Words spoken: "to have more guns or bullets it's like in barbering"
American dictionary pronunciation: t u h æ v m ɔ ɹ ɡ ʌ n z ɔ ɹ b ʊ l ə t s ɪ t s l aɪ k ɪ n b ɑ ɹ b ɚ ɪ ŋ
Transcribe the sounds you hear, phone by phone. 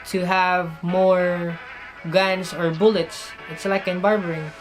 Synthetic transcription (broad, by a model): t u h æ v m ɔ ɹ ɡ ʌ n s ɔ ɹ b ʊ l ə t s ɪ t s l aɪ k ɪ n b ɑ ɹ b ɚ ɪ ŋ